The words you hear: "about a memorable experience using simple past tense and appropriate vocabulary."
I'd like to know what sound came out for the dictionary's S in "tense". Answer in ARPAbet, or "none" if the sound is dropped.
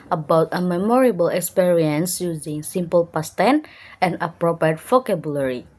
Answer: none